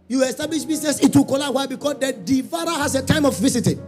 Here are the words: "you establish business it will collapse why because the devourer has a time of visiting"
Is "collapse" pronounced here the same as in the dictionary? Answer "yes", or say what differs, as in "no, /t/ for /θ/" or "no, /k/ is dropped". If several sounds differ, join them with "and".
no, /s/ is dropped